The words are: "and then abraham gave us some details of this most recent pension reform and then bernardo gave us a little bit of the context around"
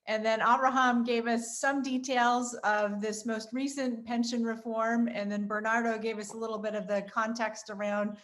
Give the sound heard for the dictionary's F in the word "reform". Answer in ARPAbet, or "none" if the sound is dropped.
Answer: F